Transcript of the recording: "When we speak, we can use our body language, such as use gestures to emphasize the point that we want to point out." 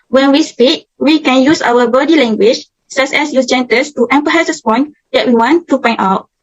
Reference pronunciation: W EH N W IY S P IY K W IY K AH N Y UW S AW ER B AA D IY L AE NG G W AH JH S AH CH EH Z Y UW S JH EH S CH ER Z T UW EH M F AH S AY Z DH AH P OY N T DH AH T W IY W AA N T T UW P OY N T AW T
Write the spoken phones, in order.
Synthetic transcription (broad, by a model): W EH N W IY S P IY K W IY K AH N Y UW S AW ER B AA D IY L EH NG G W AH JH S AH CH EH S Y UW S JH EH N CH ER S T UW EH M P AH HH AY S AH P OY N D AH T W IY W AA N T T UW P OY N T AW T